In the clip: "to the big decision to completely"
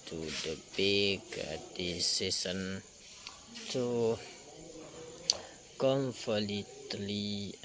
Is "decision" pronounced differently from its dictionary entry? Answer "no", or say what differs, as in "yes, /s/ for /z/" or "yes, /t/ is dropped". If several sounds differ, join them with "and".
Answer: yes, /s/ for /ʒ/